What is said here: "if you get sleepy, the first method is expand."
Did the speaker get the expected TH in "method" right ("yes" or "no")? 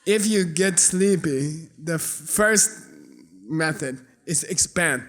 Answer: yes